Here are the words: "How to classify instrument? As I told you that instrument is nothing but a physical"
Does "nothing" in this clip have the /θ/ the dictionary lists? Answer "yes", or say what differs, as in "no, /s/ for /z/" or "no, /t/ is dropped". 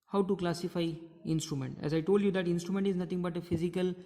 no, /t/ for /θ/